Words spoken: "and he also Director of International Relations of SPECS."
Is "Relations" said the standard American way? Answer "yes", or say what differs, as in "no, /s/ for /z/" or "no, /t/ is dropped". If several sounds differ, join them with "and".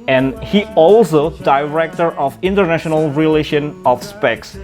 no, /z/ is dropped